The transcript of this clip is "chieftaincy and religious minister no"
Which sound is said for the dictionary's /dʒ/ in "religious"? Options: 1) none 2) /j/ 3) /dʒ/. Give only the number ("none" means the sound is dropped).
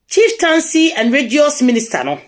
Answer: 1